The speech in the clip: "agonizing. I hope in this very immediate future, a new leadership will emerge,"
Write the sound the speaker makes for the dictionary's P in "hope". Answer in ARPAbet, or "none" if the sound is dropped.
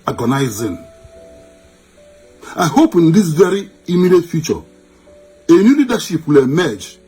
P